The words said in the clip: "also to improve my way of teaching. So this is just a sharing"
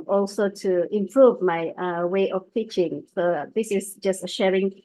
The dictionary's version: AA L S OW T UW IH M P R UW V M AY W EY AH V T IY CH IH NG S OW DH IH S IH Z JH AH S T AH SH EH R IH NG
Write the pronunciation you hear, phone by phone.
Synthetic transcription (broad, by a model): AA L S OW T UW IH M P R UW V M AY W EY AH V T IY CH IH NG S OW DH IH S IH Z JH AH S T AH SH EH R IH NG